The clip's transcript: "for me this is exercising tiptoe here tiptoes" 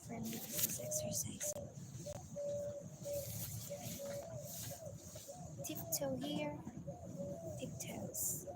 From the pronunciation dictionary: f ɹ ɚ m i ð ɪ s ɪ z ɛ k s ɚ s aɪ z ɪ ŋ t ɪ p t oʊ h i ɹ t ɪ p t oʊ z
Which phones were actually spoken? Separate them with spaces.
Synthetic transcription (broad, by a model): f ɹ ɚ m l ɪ ɪ z ɛ k s ɚ s aɪ z ɪ ŋ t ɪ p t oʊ h i ɹ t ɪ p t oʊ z